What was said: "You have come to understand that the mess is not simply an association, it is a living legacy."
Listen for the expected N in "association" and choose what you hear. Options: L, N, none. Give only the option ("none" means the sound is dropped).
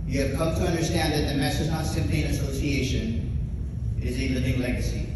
N